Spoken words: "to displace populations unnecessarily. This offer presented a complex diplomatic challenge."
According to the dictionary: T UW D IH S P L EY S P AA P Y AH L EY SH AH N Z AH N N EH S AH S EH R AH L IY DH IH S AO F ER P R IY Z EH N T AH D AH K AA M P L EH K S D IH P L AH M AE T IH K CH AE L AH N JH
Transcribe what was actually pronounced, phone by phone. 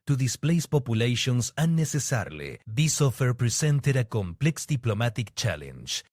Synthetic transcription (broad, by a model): T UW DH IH S P L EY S P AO P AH L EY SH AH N S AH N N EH S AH S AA R L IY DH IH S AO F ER P R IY S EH N T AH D AH K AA M P L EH K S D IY P L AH M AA T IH K CH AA L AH N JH